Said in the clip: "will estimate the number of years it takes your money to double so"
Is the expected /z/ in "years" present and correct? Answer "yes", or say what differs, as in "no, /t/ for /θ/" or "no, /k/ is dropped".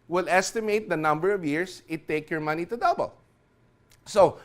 no, /s/ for /z/